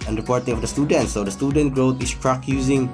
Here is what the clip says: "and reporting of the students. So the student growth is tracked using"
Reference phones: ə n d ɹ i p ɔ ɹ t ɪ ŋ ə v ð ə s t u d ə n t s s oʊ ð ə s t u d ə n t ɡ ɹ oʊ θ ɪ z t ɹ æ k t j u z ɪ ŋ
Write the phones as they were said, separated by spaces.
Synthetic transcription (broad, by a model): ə n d ɹ i p ɔ ɹ t ɪ ŋ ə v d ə s t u d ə n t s s oʊ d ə s t u d ə n t ɡ ɹ oʊ t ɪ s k ɹ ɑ k j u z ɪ ŋ